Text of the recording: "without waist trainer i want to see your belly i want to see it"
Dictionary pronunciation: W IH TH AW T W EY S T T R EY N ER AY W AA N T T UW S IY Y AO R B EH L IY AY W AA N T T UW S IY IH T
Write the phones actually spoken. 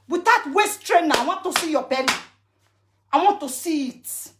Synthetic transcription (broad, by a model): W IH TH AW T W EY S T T R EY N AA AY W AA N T T UW S IY Y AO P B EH N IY AY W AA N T T UW S IY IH T